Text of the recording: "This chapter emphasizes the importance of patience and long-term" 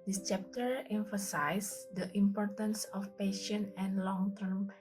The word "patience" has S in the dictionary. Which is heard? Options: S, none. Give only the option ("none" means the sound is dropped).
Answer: none